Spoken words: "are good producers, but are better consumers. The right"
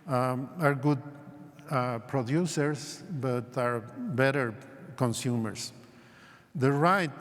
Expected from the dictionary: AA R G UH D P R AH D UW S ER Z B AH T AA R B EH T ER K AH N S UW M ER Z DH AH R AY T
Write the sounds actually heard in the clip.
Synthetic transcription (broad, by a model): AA R G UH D P R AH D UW S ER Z B AH T AA R B EH T ER K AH N S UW M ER S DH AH R AY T